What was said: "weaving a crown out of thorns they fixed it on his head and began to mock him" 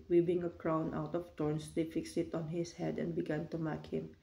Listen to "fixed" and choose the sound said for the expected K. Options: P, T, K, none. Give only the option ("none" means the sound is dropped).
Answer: K